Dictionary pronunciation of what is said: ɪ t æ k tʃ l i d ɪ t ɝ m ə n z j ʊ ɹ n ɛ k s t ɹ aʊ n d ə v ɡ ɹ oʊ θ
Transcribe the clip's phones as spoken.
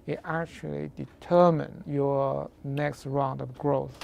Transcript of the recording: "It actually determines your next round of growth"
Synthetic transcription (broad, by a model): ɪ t æ k tʃ l i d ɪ t ɝ m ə n j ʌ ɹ n ɛ k s t ɹ aʊ n d ə v ɡ ɹ oʊ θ